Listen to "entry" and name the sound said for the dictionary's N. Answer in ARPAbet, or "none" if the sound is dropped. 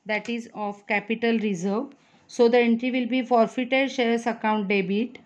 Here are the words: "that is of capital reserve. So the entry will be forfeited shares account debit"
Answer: N